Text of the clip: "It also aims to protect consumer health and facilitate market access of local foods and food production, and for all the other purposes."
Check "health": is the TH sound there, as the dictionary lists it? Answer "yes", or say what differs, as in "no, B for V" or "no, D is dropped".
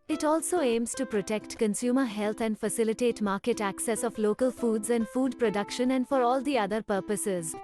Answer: no, T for TH